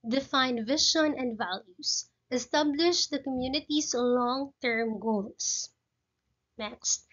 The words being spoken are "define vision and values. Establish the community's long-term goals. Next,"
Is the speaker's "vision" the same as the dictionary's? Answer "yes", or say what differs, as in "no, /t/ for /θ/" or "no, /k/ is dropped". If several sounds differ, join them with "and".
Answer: no, /ʃ/ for /ʒ/